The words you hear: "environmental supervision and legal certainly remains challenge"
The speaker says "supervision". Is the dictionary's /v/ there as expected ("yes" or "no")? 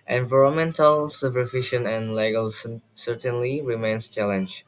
no